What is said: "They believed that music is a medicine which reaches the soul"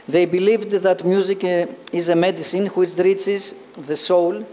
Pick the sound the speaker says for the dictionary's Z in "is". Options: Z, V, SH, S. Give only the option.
Z